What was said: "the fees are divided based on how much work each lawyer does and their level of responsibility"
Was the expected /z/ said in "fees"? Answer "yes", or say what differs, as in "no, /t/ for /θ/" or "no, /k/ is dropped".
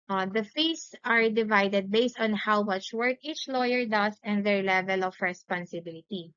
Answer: no, /s/ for /z/